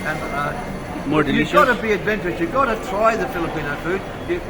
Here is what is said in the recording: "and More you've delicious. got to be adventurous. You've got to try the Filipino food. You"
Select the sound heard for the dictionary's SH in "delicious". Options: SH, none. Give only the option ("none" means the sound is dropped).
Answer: none